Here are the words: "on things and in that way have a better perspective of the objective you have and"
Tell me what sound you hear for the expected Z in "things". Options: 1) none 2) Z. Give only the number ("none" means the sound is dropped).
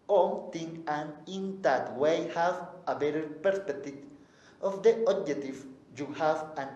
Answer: 1